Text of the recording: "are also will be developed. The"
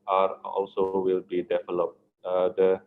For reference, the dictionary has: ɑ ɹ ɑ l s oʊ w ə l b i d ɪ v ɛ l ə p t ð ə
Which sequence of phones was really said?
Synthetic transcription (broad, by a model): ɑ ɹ ɑ l s oʊ w ə l b i d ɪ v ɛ l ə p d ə